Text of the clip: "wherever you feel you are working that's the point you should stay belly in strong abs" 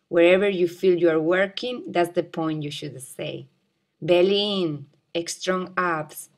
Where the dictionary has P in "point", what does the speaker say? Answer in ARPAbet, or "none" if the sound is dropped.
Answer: P